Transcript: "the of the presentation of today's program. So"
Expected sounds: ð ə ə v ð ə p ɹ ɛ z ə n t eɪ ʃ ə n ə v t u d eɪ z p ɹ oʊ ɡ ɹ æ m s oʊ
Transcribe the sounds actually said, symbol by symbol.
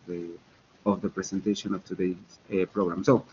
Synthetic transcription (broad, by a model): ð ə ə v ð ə p ɹ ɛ s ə n t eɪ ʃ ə n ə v t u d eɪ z p ɹ oʊ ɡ ɹ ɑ m s oʊ